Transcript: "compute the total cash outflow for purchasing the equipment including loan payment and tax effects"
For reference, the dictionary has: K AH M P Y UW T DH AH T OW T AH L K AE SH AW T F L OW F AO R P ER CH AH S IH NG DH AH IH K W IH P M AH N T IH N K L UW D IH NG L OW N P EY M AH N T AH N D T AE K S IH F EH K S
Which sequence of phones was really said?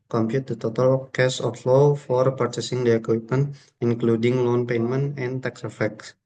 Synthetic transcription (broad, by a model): K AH M P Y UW T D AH T OW T AH L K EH S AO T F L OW F AO R P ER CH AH S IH NG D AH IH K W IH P M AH N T IH N K L UW D IH NG L OW N P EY M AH N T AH N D T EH K S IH F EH K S